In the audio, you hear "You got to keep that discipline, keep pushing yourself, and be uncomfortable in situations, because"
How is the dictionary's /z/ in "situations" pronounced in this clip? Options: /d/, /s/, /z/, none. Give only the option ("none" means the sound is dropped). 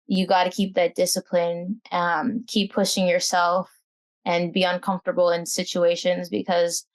/z/